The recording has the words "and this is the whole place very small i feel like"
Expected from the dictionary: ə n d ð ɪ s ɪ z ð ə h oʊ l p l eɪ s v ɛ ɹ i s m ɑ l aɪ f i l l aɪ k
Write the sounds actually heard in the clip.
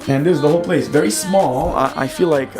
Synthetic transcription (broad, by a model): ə n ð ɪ ɪ z ð ə h oʊ l p l eɪ s v ɛ ɹ i s m ɑ l aɪ f i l l aɪ k